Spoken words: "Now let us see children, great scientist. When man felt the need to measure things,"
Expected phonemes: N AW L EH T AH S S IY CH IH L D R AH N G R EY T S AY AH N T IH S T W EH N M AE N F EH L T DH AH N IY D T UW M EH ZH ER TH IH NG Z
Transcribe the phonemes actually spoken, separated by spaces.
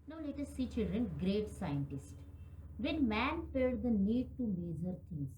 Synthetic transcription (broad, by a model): N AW L EH T AH S S IY CH IH L D R AH N G R EY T S AY AH N T IH S T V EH N M AE N P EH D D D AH N IY D T UW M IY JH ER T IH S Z